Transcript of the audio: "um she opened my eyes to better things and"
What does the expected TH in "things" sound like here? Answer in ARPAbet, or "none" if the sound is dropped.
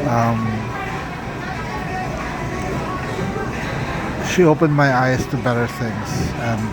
TH